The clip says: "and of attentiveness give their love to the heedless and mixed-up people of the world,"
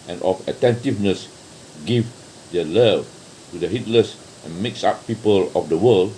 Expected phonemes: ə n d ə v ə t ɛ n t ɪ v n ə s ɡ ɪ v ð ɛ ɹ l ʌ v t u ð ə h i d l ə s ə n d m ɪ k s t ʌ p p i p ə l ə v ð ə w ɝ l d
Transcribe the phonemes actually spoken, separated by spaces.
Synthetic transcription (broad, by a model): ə n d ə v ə t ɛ n t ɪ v n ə s ɡ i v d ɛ l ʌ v t u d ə h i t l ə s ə n m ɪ k s ɑ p p i p ə l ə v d ə w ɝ l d